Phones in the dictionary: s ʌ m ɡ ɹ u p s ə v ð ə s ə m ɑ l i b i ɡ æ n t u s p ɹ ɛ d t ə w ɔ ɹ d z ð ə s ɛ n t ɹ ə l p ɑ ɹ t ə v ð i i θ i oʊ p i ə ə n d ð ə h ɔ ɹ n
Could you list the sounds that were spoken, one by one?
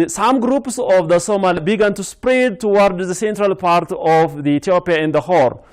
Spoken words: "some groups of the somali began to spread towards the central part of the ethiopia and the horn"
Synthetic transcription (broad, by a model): s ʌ m ɡ ɹ u p s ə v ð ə s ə m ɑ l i b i ɡ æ n t u s p ɹ ɛ d t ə w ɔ ɹ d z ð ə s ɛ n t ɹ ə l p ɑ ɹ t ə v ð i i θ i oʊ p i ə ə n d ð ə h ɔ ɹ